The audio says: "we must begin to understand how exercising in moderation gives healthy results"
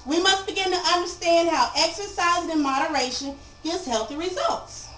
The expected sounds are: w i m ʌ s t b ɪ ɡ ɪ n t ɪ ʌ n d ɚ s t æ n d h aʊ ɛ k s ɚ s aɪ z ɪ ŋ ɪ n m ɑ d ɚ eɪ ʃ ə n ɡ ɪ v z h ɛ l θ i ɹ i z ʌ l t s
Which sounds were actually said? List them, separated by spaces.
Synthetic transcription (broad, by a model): w i m ʌ s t b ɪ ɡ ɪ n t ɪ ʌ n d ɚ s t æ n d h aʊ ɛ k s ɚ s aɪ z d ɪ n m ɑ d ɚ eɪ ʃ ə n ɡ ɪ v z h ɛ l θ i ɹ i z ʌ l t s